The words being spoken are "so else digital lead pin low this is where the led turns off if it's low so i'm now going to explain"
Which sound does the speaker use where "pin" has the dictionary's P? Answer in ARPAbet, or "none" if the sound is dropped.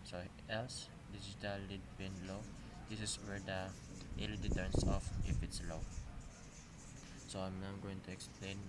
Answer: B